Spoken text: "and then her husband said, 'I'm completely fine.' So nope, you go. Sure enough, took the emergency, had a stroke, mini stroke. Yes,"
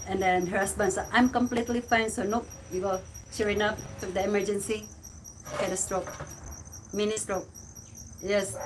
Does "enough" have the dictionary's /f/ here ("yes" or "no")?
no